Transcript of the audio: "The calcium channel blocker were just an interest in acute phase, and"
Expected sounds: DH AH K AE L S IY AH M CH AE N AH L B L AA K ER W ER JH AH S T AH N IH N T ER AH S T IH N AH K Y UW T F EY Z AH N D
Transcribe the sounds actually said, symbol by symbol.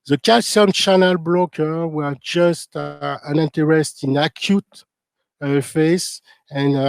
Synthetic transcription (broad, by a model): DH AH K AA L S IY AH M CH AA N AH L B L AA K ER W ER JH AH S T AH N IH N T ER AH S T IH N AH K Y UW T F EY S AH N